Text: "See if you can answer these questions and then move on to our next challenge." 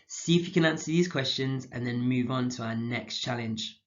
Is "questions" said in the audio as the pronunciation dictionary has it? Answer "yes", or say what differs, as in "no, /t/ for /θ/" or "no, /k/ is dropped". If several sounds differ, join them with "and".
yes